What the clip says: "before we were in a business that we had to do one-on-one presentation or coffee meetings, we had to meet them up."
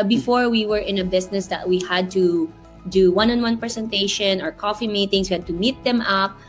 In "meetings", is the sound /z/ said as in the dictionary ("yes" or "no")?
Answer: no